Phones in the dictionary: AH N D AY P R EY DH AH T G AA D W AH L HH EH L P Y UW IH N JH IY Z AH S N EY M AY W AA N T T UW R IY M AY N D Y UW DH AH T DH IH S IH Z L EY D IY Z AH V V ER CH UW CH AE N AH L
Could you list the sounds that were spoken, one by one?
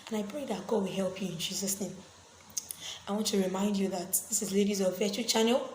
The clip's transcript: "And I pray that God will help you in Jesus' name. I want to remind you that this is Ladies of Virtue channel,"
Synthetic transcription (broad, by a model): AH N AY P R EY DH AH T G AA D W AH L HH EH L P Y UW IH N JH IY Z AH S N EY M AY W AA N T T UW R IY M AY N D Y UW DH AH T DH IH S IH Z L EY D IY Z AH V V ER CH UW CH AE N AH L